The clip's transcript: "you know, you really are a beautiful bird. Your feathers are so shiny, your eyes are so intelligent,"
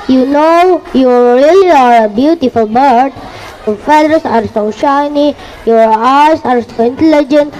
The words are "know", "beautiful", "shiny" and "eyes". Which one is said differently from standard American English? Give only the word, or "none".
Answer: eyes